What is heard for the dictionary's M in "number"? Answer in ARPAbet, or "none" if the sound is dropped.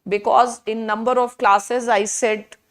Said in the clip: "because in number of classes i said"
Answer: M